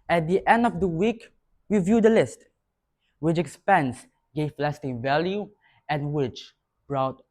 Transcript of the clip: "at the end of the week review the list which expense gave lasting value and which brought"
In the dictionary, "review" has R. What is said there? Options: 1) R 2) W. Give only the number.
2